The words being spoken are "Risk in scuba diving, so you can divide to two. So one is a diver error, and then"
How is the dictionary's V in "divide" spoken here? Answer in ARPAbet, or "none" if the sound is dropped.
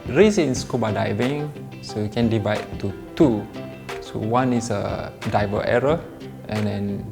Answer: V